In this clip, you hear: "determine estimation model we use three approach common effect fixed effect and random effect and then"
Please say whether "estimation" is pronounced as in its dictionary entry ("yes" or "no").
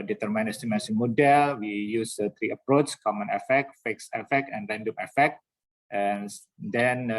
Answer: no